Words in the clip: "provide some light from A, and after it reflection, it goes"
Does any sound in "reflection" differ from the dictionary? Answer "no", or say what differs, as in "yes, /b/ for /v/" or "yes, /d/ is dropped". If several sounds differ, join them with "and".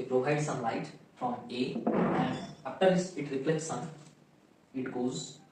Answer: yes, /s/ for /ʃ/